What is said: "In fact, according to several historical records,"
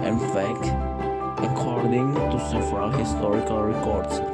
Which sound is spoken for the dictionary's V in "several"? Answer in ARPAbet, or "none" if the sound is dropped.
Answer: F